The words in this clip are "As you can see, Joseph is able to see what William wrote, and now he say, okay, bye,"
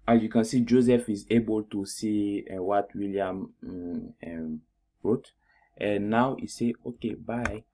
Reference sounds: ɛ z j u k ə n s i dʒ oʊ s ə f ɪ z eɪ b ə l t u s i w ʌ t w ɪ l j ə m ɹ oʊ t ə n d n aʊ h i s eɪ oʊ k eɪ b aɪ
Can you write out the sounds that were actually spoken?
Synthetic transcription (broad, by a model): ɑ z j u k ə n s i dʒ oʊ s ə f ɪ z eɪ b ə l t u s i w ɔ t w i l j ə m ɹ oʊ t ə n n aʊ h i s eɪ oʊ k eɪ b aɪ